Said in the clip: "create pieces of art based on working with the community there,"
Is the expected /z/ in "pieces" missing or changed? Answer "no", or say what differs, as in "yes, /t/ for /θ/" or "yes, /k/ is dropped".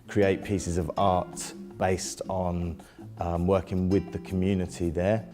no